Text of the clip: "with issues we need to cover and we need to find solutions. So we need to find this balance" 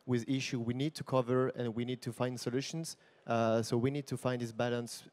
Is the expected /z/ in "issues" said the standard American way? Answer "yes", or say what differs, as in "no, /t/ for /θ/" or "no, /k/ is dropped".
no, /z/ is dropped